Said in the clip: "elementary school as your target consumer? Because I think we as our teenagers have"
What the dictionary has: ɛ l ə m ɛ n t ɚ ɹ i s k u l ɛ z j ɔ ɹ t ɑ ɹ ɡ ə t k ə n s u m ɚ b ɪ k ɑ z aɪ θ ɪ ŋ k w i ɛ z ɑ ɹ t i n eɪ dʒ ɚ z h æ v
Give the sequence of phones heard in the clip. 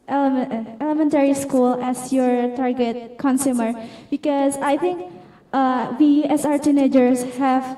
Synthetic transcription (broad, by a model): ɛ l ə m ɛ n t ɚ ɹ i s k u l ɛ s j ɔ ɹ t ɑ ɹ ɡ ə t k ə n s u m ɚ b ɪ k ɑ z aɪ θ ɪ ŋ k w i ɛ s ɑ ɹ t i n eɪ dʒ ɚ s h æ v